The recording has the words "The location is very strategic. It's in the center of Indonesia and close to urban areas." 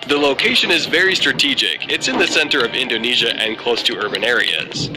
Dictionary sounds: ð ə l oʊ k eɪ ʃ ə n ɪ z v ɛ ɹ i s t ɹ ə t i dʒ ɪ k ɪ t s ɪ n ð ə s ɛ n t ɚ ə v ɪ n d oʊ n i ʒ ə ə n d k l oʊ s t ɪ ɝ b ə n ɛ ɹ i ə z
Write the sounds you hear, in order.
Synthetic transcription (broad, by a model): ð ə l oʊ k eɪ ʃ ə n ɪ z v ɛ ɹ i s t ɹ ə t i dʒ ɪ k ɪ t s ɪ n ð ə s ɛ n t ɚ ə v ɪ n d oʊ n i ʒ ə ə n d k l oʊ s t ɪ ɝ b ə n ɛ ɹ i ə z